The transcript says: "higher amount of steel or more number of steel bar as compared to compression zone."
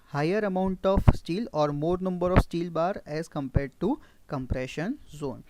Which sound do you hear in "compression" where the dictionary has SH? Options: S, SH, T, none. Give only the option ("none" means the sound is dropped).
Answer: SH